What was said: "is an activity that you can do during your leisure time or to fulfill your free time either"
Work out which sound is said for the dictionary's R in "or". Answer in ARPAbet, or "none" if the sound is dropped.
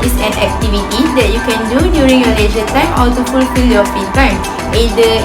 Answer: L